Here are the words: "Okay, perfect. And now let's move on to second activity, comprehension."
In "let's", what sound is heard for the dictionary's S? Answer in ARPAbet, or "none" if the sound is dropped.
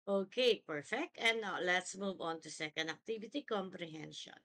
S